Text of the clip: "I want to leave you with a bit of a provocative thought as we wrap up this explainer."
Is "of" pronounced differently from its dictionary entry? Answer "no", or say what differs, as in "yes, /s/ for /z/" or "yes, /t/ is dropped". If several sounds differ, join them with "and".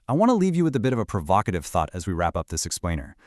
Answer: no